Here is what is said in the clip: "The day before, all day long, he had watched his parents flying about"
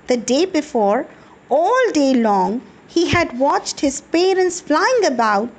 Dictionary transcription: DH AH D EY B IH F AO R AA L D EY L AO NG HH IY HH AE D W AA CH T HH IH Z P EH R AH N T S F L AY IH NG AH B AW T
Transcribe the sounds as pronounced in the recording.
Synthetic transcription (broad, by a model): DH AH D EY B IH F AO R AA L D EY L AO NG HH IY HH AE D W AA CH T HH IH Z P EH R AH N T S F L AY IH NG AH B AW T